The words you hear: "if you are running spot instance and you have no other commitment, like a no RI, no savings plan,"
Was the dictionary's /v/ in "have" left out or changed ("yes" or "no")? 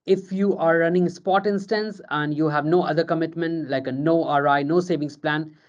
no